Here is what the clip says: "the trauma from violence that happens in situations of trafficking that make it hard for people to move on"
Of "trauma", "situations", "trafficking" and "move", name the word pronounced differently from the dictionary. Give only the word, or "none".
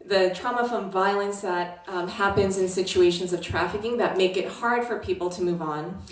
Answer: none